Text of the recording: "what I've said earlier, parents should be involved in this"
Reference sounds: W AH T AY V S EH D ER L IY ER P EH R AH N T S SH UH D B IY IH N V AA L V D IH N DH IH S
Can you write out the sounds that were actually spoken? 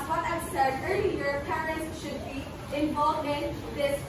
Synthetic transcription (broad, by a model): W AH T AY V S EH D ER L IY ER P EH R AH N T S SH UH D B IY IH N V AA L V IH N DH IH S